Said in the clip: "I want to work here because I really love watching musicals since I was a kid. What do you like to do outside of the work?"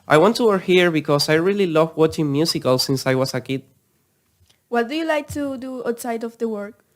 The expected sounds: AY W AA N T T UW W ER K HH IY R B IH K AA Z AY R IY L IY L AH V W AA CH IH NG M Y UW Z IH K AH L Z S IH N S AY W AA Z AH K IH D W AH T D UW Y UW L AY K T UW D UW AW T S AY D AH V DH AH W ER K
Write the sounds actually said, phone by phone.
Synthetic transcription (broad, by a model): AY W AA N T T UW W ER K HH IY R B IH K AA S AY R IY L IY L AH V W AA CH IH NG M Y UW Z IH K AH L S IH N S AY W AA S AH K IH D W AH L D UW Y UW L AY K T UW D UW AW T S AY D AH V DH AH W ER K